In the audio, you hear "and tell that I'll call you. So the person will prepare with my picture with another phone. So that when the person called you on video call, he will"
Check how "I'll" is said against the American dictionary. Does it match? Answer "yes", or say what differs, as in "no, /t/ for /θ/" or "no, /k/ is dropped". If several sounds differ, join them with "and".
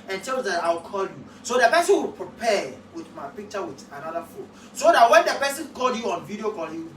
no, /w/ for /l/